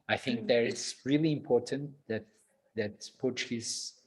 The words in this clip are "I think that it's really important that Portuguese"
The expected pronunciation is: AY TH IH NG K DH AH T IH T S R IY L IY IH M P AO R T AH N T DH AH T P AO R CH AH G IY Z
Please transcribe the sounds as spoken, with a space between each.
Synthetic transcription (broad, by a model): AY TH IH NG K DH AH T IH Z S R IY L IY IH M P AO R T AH N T DH AH T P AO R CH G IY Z